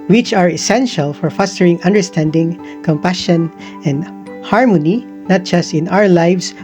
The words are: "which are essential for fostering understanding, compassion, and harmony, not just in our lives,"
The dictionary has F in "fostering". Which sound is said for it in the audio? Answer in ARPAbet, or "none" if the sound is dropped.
F